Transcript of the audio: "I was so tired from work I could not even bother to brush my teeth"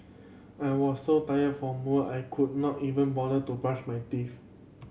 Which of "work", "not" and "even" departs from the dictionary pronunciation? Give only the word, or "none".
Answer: work